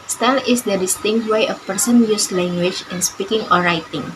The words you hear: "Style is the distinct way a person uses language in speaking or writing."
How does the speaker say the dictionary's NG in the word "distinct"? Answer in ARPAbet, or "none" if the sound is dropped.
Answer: NG